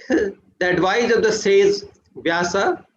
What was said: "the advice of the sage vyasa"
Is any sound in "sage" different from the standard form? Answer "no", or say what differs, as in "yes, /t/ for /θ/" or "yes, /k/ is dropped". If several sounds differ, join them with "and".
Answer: yes, /z/ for /dʒ/